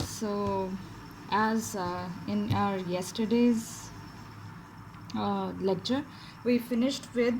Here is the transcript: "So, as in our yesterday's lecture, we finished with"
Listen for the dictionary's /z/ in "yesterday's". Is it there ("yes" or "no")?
yes